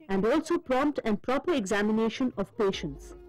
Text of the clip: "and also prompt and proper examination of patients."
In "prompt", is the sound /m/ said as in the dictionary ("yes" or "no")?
yes